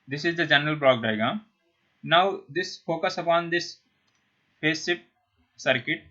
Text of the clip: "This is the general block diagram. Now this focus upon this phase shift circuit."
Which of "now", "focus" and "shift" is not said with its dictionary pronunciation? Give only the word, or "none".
shift